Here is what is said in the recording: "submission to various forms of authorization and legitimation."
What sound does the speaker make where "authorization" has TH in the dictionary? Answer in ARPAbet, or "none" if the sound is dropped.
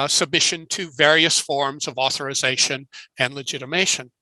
TH